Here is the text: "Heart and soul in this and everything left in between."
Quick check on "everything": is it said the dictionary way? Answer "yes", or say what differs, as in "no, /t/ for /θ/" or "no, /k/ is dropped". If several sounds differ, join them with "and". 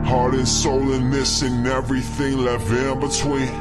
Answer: yes